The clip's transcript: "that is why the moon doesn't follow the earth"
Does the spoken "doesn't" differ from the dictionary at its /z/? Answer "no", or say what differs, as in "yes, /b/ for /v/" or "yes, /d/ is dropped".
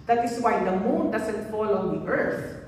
yes, /s/ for /z/